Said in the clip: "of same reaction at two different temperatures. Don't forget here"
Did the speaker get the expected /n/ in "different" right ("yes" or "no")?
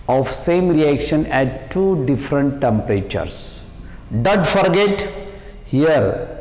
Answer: yes